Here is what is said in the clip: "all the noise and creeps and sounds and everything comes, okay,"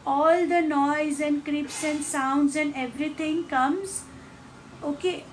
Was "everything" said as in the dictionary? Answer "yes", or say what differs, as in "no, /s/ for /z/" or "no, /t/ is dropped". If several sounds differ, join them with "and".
no, /t/ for /θ/